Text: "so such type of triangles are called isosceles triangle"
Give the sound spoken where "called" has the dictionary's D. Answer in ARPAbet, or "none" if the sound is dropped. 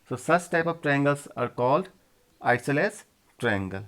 D